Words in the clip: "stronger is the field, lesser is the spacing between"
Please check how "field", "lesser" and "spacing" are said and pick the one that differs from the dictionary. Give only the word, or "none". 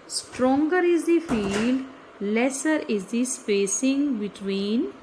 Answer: none